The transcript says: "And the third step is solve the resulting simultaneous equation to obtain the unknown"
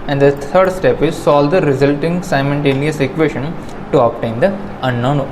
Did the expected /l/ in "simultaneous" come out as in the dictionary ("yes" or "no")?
no